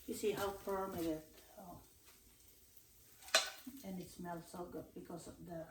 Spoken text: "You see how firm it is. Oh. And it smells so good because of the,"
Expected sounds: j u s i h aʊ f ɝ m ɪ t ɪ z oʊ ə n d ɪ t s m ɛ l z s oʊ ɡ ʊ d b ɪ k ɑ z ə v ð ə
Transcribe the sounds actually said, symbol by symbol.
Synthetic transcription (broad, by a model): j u s i h aʊ p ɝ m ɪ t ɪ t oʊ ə n ɪ t s m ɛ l s oʊ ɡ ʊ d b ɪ k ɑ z ə v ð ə